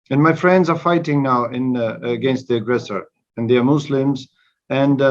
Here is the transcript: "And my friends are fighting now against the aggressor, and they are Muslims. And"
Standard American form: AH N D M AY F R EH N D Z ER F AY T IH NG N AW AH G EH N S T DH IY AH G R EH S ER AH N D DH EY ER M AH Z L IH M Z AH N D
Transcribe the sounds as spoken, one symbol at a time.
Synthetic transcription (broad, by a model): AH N M AY F R EH N D Z ER F AY T IH NG N AW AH G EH N S T DH IY AH G R EH S ER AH N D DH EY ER M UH S L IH M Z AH N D